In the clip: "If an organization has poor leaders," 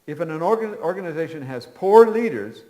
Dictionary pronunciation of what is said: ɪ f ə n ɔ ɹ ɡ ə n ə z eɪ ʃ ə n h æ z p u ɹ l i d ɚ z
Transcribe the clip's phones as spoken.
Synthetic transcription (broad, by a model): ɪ f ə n ɔ ɹ ɡ ə n ə z eɪ ʃ ə n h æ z p u ɹ l i d ɚ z